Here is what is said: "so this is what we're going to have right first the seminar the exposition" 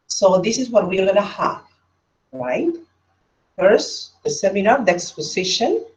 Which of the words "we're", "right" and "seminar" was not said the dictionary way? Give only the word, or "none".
we're